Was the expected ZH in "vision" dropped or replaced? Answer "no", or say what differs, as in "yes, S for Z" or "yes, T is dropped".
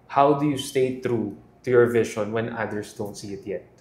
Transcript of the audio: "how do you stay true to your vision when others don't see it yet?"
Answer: yes, SH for ZH